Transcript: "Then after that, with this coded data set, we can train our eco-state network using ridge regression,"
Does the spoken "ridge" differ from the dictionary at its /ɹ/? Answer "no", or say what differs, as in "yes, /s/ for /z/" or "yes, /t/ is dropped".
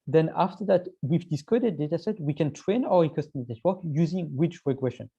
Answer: yes, /w/ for /ɹ/